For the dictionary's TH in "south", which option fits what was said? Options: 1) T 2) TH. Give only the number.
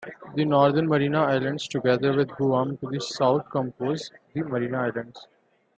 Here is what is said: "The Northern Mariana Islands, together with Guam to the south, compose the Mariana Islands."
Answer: 1